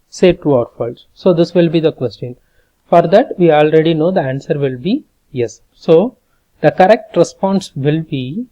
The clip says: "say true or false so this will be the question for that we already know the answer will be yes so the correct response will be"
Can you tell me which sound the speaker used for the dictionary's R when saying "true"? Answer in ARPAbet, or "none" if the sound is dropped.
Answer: none